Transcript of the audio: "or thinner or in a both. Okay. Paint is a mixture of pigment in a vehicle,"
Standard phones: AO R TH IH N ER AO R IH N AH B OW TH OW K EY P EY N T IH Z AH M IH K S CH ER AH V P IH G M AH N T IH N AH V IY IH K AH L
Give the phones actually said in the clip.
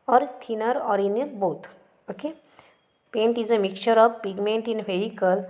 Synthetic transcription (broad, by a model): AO R T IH N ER AO R IH N AH B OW T OW K EY P EY N T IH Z AH M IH K CH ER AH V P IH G M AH N T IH N AH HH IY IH K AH L